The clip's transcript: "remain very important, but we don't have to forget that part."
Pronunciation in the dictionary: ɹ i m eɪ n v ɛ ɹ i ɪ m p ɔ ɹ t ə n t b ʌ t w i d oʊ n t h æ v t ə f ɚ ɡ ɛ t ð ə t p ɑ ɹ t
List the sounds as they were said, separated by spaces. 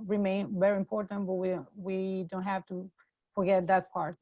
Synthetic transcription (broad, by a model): ɹ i m eɪ n v ɛ ɹ i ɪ m p ɔ ɹ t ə n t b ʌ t w i d oʊ n t h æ f t ə f ɚ ɡ ɛ t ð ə t p ɑ ɹ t